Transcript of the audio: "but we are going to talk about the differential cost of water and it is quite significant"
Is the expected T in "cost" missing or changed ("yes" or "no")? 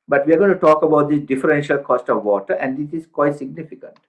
no